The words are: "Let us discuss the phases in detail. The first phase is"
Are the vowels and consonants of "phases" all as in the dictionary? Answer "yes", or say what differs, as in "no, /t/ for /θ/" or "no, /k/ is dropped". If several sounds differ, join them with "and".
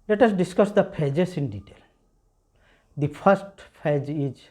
no, /p/ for /f/ and /s/ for /z/